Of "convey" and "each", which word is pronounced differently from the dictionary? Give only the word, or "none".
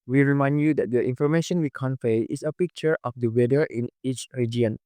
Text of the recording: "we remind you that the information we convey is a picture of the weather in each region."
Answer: convey